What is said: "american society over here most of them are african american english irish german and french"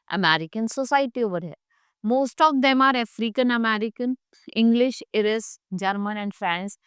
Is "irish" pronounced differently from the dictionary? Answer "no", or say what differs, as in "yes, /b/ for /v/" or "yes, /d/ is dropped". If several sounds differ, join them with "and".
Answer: yes, /s/ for /ʃ/